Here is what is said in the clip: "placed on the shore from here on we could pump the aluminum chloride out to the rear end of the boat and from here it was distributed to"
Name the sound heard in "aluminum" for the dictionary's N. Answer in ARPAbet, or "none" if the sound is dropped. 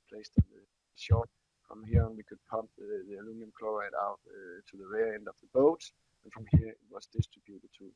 none